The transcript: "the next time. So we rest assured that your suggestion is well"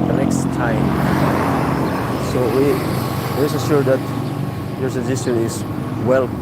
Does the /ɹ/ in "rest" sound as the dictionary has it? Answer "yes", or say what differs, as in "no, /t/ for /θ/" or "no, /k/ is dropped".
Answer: no, /w/ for /ɹ/